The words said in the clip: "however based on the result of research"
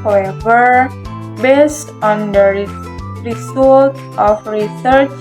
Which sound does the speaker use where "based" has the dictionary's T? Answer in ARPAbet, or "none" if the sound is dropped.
T